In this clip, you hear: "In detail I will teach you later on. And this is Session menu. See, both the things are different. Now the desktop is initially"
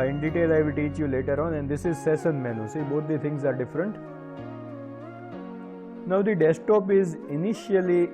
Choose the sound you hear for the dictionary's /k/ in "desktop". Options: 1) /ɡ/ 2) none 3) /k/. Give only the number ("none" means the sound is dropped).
2